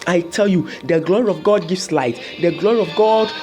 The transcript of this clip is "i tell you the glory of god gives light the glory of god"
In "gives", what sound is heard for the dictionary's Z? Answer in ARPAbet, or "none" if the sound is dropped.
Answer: S